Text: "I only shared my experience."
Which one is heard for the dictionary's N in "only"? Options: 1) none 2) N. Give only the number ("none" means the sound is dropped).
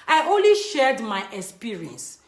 2